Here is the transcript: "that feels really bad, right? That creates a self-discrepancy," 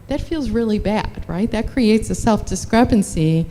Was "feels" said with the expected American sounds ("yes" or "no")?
yes